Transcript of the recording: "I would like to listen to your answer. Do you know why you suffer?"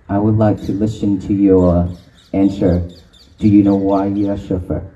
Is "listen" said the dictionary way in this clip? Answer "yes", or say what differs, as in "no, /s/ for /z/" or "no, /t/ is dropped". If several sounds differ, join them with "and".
yes